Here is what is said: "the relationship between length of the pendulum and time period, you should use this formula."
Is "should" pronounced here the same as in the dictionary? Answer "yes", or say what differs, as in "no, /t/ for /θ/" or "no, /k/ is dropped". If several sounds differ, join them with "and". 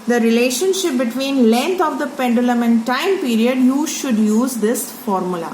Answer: yes